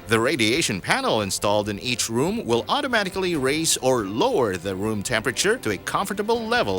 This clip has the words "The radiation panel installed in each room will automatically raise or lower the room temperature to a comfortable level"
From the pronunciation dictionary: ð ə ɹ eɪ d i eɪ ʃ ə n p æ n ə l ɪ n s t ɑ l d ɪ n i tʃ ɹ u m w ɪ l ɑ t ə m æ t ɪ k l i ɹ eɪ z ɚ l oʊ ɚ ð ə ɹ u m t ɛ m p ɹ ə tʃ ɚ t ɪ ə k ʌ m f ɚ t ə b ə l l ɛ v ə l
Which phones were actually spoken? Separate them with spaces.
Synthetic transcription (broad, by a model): ð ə ɹ eɪ d i eɪ ʃ ə n p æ n l ɪ n s t ɑ l d ɪ n i tʃ ɹ u m w ɪ l ɑ t ə m æ t ɪ k l i ɹ eɪ s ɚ l oʊ ɚ ð ə ɹ u m t ɛ m p ɹ ə tʃ ɚ t ɪ ə k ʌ m f ɚ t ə b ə l l ɛ v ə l